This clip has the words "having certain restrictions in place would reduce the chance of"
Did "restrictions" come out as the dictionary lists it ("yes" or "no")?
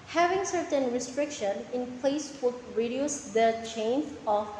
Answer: no